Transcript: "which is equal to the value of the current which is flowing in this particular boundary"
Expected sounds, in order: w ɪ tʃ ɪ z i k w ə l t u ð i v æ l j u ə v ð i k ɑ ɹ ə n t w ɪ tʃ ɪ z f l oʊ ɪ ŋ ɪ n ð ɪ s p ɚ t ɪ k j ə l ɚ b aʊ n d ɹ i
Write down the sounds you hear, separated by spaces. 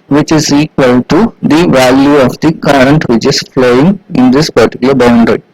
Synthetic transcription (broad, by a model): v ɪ tʃ ɪ z i k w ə l t u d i v æ l j u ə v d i k ɑ ɹ ə n t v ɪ tʃ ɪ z f l oʊ ɪ ŋ ɪ n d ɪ s p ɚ t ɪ k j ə l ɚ b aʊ n d ɹ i